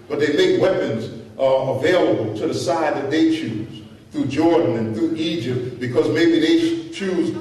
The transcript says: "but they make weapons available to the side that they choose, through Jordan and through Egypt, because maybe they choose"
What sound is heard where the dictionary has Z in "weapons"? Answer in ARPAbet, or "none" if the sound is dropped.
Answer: Z